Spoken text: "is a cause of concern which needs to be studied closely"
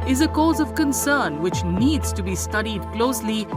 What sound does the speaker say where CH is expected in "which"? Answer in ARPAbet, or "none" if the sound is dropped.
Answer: CH